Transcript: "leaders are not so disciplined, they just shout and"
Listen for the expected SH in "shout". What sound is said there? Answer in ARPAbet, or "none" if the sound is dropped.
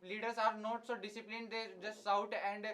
S